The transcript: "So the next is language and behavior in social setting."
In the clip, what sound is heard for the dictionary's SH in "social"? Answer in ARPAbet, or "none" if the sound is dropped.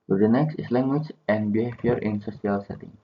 S